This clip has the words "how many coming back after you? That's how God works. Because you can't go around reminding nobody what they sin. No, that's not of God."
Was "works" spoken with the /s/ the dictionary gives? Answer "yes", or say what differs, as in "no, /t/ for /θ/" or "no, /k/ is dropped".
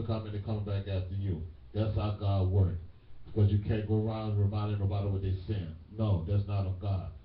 no, /s/ is dropped